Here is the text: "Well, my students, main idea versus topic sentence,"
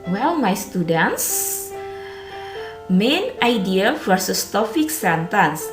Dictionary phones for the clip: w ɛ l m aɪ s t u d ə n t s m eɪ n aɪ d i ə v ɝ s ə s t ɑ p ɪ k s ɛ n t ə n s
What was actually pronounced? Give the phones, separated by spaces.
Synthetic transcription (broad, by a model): w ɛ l m aɪ s t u d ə n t s m eɪ n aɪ d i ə f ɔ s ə s t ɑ f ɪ k s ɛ n t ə n s